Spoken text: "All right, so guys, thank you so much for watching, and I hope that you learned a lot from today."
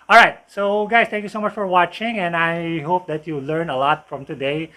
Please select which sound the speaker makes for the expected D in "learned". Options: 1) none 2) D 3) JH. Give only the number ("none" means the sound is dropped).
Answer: 1